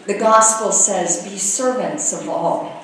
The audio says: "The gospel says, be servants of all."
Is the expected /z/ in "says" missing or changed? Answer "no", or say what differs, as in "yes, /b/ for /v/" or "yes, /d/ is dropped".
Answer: no